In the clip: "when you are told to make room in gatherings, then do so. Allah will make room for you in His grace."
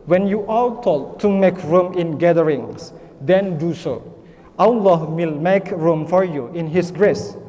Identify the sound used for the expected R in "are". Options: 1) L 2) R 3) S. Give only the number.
1